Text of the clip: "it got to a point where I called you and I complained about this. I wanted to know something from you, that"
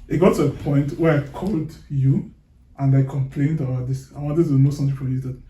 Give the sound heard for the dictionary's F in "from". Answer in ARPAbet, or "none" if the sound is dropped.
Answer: P